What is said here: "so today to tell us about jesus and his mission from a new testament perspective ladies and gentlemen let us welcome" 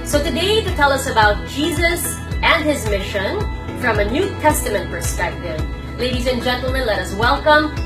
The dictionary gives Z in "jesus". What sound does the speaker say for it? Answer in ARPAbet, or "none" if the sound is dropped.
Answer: Z